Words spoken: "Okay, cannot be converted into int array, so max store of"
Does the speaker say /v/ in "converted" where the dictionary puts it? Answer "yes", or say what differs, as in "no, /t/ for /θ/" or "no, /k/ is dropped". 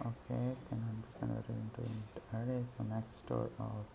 no, /v/ is dropped